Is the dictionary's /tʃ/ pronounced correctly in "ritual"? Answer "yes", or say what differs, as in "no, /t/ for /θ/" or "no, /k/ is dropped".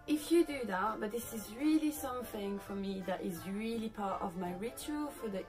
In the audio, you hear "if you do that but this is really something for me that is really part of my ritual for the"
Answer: yes